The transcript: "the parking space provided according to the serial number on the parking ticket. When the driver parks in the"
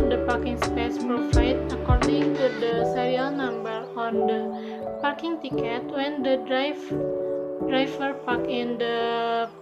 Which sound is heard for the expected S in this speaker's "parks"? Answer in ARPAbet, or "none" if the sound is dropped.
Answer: none